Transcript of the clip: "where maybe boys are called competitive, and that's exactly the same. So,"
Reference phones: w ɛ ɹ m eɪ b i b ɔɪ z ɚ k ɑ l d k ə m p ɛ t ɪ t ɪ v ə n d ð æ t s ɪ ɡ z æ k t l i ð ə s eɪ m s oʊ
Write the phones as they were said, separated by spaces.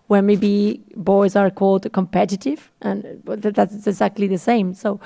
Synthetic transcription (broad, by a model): w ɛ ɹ m eɪ b i b ɔɪ z ɚ k ɑ l d k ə m p ɛ t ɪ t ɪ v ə n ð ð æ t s ɪ ɡ z æ k t l i ð ə s eɪ m s oʊ